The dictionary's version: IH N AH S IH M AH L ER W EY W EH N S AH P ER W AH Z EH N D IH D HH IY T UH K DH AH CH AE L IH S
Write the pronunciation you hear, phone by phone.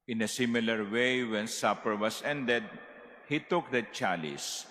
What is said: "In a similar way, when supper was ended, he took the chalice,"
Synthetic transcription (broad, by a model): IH N AH S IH M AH L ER W EY W EH N S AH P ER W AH S EH N D IH D HH IY T UH K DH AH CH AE L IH S